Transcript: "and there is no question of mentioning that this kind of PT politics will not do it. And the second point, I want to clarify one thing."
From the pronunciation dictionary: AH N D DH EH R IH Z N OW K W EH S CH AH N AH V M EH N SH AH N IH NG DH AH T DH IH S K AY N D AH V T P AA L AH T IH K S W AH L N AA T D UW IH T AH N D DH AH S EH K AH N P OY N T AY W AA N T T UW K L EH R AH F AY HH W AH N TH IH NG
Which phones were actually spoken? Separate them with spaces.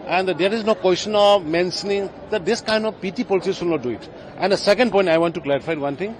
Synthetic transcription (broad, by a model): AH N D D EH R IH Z N OW K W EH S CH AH N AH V M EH N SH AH N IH NG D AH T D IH S K AY N D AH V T P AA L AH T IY S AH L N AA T D UW IH T AH N D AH S EH K AH N P OY N T AY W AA N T T UW K L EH R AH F AY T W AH N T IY NG